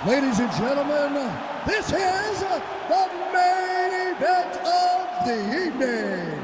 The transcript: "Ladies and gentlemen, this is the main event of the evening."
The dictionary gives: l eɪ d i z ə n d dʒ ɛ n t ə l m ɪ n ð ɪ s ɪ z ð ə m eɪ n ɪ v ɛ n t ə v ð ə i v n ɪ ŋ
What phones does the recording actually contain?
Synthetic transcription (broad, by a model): l eɪ d i z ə n dʒ ɛ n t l m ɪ n ð ɪ s ɪ z ð ə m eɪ ɪ b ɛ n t ə v ð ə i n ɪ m